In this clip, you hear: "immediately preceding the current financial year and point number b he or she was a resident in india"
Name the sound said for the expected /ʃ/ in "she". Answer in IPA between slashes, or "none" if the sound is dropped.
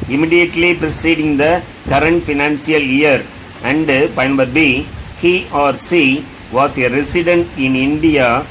/s/